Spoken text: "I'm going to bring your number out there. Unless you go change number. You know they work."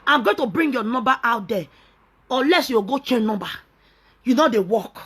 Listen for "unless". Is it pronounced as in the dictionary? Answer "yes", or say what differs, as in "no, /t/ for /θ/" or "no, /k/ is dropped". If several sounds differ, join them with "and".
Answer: no, /n/ is dropped